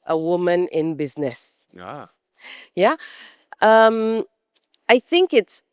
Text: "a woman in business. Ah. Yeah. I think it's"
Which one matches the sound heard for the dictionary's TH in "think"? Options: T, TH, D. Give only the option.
TH